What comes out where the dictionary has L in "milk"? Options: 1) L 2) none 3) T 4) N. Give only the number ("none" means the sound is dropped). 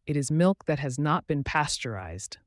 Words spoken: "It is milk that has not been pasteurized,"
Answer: 1